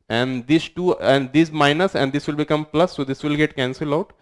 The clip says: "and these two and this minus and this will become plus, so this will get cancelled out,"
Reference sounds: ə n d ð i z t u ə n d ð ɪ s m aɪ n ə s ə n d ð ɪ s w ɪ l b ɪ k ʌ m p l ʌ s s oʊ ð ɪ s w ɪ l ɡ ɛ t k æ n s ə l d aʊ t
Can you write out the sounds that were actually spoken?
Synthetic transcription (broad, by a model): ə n d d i s t u ə n d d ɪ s m aɪ n ə s ə n d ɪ s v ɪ l b ɪ k ʌ m p l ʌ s s oʊ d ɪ s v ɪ l ɡ ɛ t k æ n s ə l aʊ t